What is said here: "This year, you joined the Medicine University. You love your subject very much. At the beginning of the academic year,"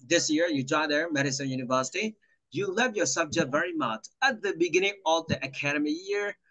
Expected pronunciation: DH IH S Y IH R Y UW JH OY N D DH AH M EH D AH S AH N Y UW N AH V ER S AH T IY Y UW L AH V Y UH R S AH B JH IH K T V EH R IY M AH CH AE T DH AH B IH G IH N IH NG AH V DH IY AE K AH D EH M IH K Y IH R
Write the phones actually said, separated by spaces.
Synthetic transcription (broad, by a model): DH IH S Y IH R Y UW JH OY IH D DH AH M EH D AH S AH N Y UW N AH V ER S AH T IY Y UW L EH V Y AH R S AH B JH IH K T V EH R IY M AH CH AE T DH AH B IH G IH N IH NG AH V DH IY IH K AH D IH M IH Y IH R